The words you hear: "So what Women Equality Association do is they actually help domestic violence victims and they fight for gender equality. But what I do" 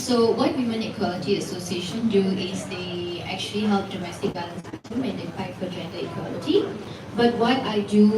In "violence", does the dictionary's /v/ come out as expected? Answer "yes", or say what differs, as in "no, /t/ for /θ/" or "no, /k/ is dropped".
no, /b/ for /v/